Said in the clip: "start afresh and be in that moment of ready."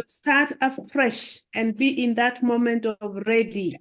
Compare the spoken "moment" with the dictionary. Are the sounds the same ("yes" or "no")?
yes